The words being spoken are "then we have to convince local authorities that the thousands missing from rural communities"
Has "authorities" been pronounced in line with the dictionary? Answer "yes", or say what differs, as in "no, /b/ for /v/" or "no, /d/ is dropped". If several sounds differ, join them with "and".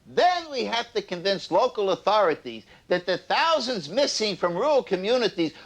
yes